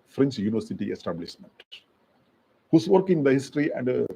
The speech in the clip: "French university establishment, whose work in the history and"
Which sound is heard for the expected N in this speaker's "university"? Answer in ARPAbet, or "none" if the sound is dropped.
N